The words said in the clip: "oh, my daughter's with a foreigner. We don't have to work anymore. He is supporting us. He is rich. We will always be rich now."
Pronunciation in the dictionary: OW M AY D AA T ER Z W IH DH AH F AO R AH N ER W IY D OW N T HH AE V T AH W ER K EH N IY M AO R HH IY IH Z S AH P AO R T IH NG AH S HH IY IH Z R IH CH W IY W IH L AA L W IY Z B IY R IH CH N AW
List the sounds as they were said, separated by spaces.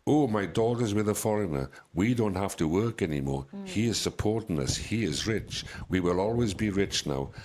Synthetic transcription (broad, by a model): OW M AY D AA T ER Z W IH DH AH F AO R AH N ER W IY D OW N T HH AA F T AH W ER K EH N IY M AO R HH IY IH Z S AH P AO R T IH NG AH S HH IY IH Z R IH CH W IY W IH L AA L W IY Z B IY R IH CH N AW